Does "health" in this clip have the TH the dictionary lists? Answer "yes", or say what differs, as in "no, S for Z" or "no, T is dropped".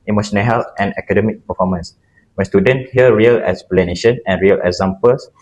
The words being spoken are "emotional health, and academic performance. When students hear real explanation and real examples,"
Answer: no, T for TH